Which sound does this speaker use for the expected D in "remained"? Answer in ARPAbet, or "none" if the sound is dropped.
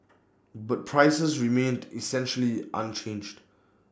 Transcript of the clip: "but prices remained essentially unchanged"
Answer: D